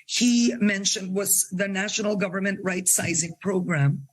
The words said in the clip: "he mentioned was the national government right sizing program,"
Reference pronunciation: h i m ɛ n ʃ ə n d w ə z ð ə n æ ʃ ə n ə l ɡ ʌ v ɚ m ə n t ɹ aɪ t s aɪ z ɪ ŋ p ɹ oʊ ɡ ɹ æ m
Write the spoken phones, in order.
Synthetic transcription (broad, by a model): h i m ɛ n ʃ ə n d w ə z ð ə n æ ʃ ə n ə l ɡ ʌ v ɚ m ə n t ɹ aɪ t s aɪ z ɪ ŋ p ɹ oʊ ɡ ɹ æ m